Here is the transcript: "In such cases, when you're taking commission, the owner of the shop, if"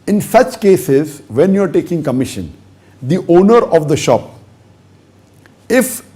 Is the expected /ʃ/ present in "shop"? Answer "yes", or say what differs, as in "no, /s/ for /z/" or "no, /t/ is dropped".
yes